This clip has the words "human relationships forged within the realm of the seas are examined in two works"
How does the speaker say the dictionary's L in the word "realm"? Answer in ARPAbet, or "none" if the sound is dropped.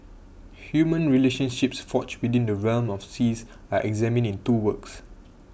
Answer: L